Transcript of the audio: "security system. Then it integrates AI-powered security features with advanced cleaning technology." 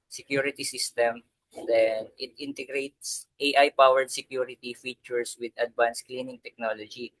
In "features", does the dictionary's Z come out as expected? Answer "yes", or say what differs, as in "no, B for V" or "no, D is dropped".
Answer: no, S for Z